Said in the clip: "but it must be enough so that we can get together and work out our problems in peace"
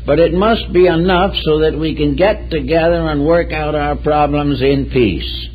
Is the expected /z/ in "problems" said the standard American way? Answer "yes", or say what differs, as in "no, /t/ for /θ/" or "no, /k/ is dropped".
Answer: yes